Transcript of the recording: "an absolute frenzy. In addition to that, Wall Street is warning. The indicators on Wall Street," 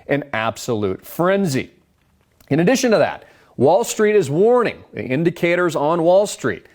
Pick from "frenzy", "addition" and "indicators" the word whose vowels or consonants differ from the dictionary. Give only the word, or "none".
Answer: none